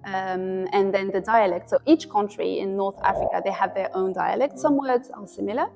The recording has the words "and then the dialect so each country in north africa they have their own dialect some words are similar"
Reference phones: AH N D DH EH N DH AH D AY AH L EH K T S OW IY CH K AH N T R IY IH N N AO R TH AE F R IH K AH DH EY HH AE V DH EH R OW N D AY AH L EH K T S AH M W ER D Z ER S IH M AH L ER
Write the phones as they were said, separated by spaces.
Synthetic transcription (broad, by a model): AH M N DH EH N DH AH D AY AH L EH K T S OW IY CH K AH N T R IY IH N N AO R TH AE F R IH K AH DH EY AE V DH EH R OW N D AY AH L EH K T S AH M W ER D Z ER S IH M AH L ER